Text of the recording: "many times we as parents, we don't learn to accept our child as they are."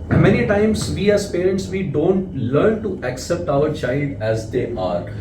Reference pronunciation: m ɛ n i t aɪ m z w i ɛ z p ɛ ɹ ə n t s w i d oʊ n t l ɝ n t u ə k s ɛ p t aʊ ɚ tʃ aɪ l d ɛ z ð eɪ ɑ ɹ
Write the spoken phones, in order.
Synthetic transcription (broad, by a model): m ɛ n i t aɪ m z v i ɛ z p ɛ ɹ ə n t s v i d oʊ n t l ɝ n t u ə k s ɛ p t aʊ ɚ tʃ aɪ l d ɛ z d eɪ ɑ ɹ